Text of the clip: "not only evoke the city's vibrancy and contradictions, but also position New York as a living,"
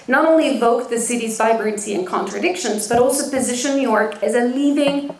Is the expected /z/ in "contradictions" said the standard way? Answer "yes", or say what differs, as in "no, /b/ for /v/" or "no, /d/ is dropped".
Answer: yes